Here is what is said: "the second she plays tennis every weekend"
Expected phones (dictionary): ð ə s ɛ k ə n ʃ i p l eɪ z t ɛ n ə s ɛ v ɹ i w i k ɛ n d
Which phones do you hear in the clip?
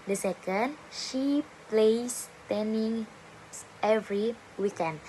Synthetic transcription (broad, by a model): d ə s ɛ k ə n ʃ i p l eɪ s t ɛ n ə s ɛ v ɹ i w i k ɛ n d